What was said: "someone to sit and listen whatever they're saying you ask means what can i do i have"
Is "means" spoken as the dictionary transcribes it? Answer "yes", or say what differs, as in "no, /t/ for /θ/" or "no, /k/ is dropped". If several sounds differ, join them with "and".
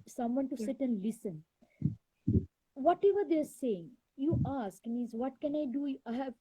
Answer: no, /n/ is dropped